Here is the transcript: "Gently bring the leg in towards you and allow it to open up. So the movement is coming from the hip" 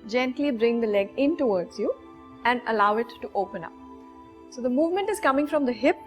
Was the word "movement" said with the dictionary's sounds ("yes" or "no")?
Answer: yes